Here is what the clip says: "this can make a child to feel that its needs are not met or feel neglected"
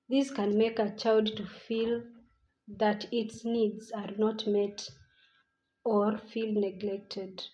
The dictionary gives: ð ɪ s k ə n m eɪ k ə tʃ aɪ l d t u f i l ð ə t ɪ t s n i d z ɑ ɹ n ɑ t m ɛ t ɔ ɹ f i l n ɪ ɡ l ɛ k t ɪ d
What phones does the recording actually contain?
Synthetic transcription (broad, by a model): ð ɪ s k ə n m eɪ k ə tʃ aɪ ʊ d t u f i l ð ə t ɪ t s n i d z ɑ ɹ n ɑ t m ɛ t ɔ ɹ f i l n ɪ ɡ l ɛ k t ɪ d